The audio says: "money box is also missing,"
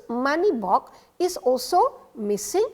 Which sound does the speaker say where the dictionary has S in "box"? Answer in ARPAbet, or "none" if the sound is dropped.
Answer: none